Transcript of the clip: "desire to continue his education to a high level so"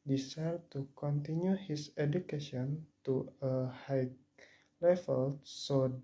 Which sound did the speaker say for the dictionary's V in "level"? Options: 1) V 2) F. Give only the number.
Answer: 2